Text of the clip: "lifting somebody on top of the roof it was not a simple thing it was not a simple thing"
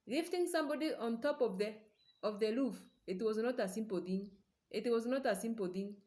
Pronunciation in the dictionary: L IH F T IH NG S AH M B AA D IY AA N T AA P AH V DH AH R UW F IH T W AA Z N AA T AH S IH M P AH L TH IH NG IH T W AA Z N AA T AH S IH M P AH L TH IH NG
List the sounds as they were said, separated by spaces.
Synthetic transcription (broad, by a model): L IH F T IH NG S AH M B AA D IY AA N T AA P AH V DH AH L UW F IH T W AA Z N AA T AH S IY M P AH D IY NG IH T W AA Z N AA T AH S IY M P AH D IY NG